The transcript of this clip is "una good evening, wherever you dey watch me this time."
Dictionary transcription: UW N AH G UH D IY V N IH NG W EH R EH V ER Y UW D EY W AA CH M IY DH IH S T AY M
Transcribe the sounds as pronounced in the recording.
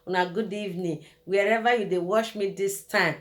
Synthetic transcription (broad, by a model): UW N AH G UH D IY V N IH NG W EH R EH V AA Y UW D EY W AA SH M IY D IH S T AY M